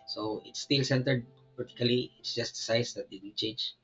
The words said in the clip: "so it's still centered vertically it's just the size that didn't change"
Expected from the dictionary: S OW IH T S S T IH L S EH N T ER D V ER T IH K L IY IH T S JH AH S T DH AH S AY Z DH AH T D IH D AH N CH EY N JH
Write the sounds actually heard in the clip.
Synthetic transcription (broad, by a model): S OW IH T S S T IH L S EH N T ER D P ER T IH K L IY IH T S JH AH S T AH S AY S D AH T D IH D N CH EY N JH